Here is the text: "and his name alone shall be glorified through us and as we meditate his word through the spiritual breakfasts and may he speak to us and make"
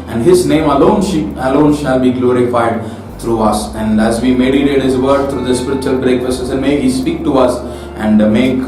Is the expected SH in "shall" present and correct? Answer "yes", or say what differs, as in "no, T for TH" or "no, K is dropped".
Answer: yes